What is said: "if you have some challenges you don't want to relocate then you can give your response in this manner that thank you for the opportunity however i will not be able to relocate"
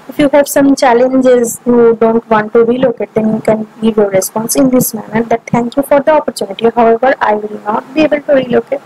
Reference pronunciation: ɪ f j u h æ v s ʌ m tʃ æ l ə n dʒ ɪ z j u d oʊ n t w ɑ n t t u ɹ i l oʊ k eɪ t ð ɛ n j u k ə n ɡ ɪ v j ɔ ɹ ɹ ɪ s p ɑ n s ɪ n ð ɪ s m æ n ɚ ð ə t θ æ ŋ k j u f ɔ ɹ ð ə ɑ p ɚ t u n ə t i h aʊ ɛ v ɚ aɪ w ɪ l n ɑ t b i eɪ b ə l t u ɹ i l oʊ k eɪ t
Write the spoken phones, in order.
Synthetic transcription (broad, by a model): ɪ f j u h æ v s ʌ m tʃ æ l ə n dʒ ɪ z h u d oʊ n t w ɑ n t t u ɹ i l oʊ k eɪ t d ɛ n j u k ə n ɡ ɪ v j ɔ ɹ ɹ ɪ s p ɑ n s ɪ n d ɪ s m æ n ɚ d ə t t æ ŋ k j u f ɔ ɹ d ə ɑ p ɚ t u n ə t i h aʊ ɛ v ɚ aɪ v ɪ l n ɑ t b i eɪ b ə l t u ɹ i l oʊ k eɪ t